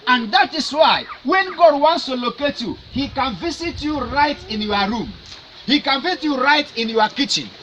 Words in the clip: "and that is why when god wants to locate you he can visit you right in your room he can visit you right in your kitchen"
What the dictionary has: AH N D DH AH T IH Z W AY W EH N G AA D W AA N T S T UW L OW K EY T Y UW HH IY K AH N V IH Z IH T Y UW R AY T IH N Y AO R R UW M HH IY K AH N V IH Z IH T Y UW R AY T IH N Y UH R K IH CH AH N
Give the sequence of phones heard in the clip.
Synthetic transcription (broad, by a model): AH N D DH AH T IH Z W AY W EH N G AA D W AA N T S T UW L OW K EY T Y UW HH IY K AH N V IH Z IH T Y UW R AY T IH N Y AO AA R UW M HH IY K AH N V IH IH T Y UW R AY T IH N Y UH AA K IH CH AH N